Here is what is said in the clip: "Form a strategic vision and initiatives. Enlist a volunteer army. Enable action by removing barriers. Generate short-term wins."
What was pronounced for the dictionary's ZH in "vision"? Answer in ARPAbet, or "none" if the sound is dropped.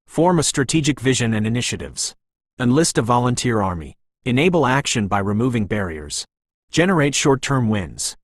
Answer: ZH